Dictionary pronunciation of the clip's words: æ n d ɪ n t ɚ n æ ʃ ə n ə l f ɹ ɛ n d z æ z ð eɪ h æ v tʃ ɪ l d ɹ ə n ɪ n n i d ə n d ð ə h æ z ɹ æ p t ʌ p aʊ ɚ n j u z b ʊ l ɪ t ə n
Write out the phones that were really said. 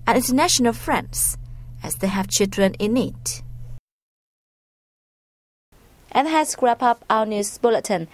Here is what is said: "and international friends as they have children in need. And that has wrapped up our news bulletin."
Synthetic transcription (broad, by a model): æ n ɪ n t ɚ n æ ʃ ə n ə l f ɹ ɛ n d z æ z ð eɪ h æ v tʃ ɪ l d ɹ ə n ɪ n n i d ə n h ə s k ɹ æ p ʌ p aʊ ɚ n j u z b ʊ l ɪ t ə n